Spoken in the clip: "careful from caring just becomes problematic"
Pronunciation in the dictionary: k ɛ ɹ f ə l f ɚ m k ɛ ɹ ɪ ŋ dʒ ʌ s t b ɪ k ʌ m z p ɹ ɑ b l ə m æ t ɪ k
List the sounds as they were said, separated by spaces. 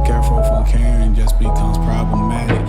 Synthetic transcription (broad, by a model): k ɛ ɹ f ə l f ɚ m k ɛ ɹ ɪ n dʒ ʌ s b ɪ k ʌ z p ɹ ɑ b l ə m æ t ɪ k